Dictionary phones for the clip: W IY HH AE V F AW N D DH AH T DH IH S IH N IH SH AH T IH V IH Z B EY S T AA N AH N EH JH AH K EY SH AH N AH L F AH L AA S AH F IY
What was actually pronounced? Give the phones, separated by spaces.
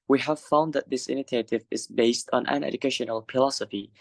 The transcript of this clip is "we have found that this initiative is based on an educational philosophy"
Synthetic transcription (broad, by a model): W IY HH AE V F AW N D DH AH T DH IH S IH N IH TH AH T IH V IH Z B EY S T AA N AH N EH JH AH K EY SH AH N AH L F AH L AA S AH F IY